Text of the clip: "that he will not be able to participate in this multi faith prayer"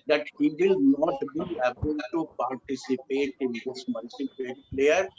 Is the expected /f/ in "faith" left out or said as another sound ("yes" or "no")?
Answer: yes